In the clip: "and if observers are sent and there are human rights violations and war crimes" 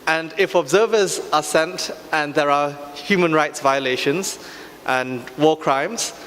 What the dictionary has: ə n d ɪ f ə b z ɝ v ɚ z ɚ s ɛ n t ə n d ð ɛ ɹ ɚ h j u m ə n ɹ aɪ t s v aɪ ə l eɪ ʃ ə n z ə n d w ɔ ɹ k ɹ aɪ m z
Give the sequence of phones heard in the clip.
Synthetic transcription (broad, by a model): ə n d ɪ f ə b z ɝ v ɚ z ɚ s ɛ n t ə n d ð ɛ ɹ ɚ h j u m ə n ɹ aɪ t s v aɪ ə l eɪ ʃ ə n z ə n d w ɔ k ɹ aɪ m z